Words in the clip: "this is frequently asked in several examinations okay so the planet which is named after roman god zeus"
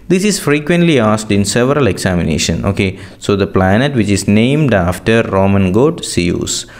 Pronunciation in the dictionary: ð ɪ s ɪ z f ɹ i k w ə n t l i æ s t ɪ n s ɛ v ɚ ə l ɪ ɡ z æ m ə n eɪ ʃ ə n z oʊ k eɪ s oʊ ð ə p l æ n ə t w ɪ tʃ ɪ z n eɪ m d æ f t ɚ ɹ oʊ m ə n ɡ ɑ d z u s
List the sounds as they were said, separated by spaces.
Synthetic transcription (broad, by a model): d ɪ s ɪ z f ɹ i k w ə n t l i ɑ s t ɪ n s ɛ v ɚ ə l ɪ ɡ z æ m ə n eɪ ʃ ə n oʊ k eɪ s oʊ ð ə p l æ n ə t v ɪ tʃ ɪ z n eɪ m d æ f t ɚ ɹ oʊ m ə n ɡ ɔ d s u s